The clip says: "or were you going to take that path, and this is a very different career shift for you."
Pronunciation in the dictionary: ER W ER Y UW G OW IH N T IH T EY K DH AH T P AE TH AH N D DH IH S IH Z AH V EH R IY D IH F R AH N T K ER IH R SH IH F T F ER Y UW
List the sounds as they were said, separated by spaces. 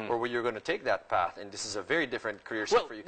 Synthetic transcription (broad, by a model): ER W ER Y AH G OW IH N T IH T EY K DH AH T P AE TH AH N DH IH S IH Z AH V EH R IY D IH F R AH N T K ER IH R S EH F F ER Y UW